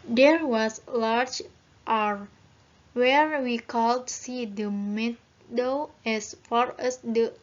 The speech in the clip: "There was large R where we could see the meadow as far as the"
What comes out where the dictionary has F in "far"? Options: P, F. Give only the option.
F